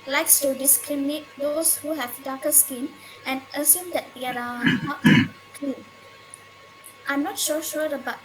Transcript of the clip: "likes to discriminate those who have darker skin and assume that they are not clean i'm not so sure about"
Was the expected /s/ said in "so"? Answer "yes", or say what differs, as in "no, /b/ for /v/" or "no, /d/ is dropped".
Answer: no, /ʃ/ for /s/